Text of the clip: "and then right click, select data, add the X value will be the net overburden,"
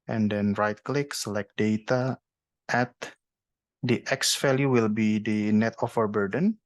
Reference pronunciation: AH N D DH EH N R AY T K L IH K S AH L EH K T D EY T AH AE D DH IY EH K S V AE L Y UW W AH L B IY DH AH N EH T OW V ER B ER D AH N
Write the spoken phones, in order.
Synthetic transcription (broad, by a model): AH N D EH N R AY T K L IH K S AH L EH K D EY T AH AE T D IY EH K S F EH L Y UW W AH L B IY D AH N EH T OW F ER B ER D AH N